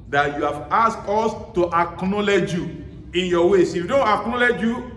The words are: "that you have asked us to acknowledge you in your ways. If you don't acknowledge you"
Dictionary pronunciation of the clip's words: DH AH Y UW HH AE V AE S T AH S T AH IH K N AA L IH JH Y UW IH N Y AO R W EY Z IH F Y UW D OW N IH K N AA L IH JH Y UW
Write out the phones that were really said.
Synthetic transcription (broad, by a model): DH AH Y UW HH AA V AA S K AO S T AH IH K N AA L IH JH Y UW IH N Y AO W EY S IH F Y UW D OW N IH K N AA L IH JH Y UW